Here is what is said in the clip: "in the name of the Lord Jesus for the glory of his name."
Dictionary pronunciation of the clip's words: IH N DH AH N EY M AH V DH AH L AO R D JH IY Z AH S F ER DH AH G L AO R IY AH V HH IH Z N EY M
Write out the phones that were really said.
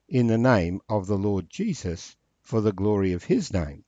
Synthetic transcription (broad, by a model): IH N DH AH N EY M AH V DH AH L AO R D JH IY Z AH S F ER DH AH G L AO R IY AH V IH Z N EY M